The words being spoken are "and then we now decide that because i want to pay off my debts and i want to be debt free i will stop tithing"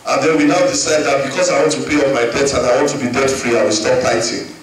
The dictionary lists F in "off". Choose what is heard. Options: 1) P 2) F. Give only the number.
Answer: 1